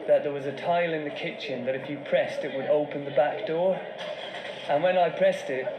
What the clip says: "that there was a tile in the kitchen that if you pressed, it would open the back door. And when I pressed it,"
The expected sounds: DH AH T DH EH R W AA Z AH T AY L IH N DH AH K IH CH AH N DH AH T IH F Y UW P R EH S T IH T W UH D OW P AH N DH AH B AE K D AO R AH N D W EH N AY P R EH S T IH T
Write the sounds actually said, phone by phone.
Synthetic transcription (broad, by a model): DH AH T DH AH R W AA Z AH T AY L IH N DH AH K IH CH AH N DH AH T IH F Y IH P R EH S T IH T W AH D OW P AH N DH AH B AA K D AO R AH N W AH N AY P R EH S T IH T